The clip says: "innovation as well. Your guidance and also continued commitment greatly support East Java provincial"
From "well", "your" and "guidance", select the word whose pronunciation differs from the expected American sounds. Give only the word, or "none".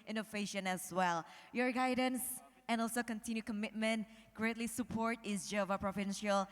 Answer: none